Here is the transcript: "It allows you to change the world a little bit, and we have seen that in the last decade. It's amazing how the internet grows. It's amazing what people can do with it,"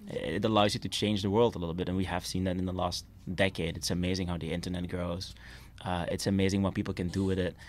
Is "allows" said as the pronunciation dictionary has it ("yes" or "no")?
yes